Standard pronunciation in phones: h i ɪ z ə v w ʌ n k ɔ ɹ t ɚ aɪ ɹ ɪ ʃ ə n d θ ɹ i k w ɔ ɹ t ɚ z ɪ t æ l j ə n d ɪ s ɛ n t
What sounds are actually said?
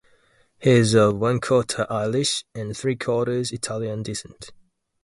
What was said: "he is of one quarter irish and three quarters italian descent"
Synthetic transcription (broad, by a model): h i ɪ z ə v w ʌ n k ɔ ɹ t aɪ l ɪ ʃ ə n θ ɹ i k ɔ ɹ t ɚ z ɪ t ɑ l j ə n d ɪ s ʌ n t